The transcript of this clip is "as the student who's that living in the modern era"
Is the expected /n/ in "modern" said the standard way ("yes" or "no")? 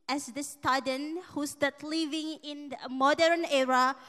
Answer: yes